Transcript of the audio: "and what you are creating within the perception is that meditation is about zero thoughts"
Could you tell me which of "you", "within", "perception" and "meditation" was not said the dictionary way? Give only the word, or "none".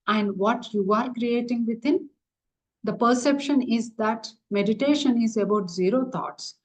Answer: within